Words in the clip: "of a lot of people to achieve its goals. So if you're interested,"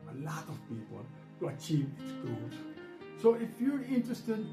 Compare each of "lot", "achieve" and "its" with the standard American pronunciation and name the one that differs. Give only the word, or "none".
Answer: none